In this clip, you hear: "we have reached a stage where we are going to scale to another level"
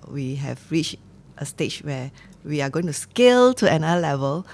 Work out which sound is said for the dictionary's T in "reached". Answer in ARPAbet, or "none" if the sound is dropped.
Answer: T